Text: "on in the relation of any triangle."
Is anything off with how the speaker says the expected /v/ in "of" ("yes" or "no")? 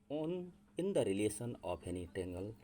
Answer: yes